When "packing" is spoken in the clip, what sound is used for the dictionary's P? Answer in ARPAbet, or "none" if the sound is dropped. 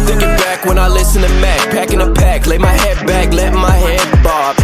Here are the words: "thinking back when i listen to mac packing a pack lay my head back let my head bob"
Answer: P